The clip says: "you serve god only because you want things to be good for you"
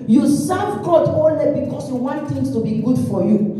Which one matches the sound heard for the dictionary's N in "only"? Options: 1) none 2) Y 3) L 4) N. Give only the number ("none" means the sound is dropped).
1